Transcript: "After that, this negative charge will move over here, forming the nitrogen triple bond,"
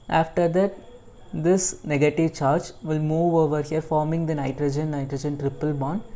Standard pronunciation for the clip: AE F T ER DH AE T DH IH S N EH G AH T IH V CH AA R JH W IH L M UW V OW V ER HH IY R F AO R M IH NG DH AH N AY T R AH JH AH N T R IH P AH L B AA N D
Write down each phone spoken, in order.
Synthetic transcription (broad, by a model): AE F T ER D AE T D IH S N EH G AH T IH V CH AA R JH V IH L M UW V OW V ER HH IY R F AO R M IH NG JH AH N AY T R AH JH AH N T R IH P AH L B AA N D